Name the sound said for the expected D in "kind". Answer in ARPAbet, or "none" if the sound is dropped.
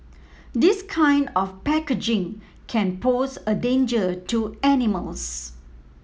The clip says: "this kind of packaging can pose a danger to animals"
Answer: D